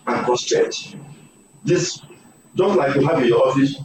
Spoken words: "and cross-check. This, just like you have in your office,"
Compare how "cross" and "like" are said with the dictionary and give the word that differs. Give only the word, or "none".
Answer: cross